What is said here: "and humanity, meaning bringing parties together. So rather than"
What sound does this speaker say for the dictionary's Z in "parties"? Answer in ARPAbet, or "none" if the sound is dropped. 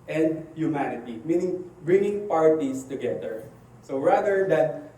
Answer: S